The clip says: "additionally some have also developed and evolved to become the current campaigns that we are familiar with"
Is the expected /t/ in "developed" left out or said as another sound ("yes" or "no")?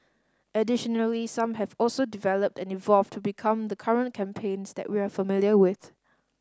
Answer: no